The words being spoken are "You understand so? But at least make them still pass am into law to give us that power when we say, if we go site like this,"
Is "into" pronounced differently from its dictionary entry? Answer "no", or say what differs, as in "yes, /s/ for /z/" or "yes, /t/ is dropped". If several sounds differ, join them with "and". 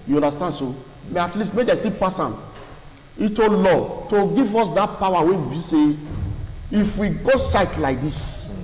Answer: yes, /n/ is dropped